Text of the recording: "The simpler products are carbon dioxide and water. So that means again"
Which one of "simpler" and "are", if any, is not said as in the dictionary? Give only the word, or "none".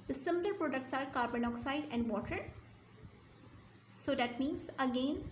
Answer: simpler